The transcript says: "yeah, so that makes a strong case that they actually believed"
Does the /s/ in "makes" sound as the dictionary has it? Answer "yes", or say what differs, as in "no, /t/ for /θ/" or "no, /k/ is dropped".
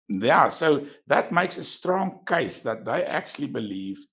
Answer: yes